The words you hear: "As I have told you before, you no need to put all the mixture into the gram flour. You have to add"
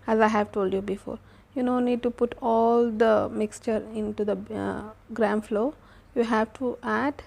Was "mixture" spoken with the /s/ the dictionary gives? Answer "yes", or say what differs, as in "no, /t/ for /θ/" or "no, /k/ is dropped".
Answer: yes